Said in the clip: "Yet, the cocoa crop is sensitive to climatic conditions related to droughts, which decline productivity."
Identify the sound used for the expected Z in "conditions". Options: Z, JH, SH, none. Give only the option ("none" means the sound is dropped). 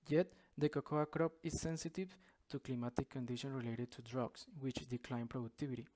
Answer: none